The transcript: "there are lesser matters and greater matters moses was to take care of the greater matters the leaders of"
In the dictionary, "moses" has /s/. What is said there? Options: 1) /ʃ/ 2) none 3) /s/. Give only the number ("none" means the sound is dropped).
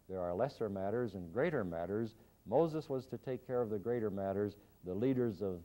3